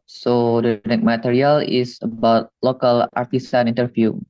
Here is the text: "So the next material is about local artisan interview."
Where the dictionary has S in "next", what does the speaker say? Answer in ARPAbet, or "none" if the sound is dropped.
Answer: none